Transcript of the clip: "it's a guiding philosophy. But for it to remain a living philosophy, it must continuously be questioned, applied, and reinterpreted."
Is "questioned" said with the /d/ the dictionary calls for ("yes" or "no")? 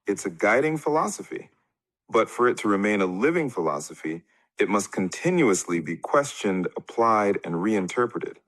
yes